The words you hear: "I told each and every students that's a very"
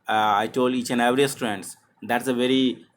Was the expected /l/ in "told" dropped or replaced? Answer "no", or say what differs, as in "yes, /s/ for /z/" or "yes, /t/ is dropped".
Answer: no